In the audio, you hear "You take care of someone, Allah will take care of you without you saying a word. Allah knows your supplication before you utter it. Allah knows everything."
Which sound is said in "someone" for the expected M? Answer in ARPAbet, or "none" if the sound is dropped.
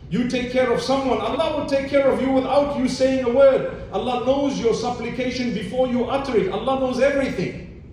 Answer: M